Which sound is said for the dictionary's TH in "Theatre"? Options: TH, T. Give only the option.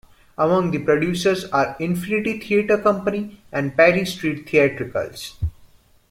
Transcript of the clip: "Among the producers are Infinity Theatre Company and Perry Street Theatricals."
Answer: T